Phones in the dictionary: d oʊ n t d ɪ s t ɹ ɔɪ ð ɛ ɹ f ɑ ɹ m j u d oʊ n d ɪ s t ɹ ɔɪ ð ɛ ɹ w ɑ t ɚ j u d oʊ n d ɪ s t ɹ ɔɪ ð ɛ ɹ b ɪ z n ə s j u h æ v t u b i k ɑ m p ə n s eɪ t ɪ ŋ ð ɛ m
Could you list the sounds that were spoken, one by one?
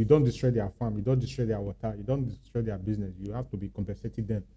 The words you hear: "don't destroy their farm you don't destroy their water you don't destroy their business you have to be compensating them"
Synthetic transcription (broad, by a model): d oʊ n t d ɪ s t ɹ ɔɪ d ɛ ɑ f ɑ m j u d oʊ n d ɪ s t ɹ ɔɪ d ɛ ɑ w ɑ t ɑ j u d oʊ n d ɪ s t ɹ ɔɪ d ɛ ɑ b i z n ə s j u h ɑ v t u b i k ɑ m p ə s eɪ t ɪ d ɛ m